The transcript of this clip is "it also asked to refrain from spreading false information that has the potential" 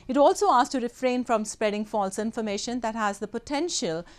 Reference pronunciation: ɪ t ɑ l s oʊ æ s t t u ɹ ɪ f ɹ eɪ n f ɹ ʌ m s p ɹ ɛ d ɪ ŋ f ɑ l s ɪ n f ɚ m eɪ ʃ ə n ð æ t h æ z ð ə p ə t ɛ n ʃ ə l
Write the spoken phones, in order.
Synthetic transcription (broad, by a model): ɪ t ɑ l s oʊ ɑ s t t u ɹ ɪ f ɹ eɪ n f ɹ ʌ m s p ɹ ɛ d ɪ ŋ f ɑ l s ɪ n f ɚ m eɪ ʃ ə n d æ t h æ z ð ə p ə t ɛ n ʃ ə l